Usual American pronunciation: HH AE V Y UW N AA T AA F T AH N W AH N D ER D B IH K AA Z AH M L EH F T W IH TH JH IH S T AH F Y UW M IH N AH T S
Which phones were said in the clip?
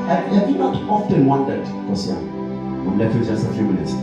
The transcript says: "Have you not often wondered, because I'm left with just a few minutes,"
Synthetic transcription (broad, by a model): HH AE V Y UW N AA T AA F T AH N W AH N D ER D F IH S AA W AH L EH T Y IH JH IH S T AH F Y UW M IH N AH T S